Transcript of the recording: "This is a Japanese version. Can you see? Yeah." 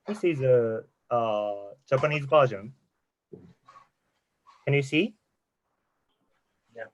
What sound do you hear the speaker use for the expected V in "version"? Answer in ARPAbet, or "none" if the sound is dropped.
B